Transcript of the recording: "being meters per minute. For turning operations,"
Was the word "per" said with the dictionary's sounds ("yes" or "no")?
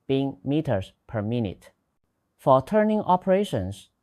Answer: yes